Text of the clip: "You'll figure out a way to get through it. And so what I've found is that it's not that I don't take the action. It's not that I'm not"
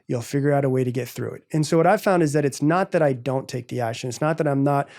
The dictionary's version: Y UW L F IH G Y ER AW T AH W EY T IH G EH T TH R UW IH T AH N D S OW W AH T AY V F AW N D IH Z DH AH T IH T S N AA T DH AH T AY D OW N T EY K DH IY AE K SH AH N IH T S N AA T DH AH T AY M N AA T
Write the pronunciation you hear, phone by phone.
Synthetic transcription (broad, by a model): Y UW L F IH G Y ER AW T AH W EY T IH G EH T TH R UW IH T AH N S OW W AH T AY V F AW N D IH Z DH AH T IH T S N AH T DH AH T AY D OW N T EY K DH IY AE K SH AH N IH T S N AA T DH AH T AY M N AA T